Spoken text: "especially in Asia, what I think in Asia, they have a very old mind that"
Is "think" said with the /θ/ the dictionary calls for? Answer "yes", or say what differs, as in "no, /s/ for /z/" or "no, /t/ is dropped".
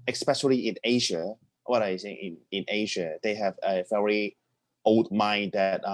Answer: no, /s/ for /θ/